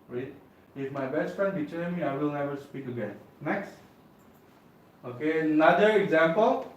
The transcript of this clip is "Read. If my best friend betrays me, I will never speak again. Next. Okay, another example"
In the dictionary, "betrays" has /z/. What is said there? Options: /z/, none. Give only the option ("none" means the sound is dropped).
none